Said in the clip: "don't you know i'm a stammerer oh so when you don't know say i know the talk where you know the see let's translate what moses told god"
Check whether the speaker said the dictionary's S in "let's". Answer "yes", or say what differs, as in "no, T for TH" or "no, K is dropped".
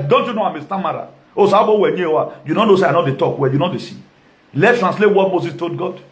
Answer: no, S is dropped